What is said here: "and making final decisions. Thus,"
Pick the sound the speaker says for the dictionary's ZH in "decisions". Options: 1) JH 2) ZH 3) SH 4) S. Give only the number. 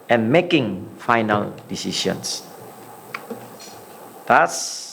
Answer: 4